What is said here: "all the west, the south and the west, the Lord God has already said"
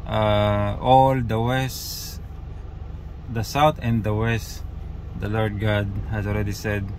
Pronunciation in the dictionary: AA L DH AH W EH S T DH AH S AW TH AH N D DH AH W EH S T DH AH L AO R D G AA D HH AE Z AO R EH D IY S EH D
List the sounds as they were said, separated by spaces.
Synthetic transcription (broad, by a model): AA L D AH W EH S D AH S AW T AH N D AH W EH S T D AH L AO R D G AA D HH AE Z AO L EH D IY S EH D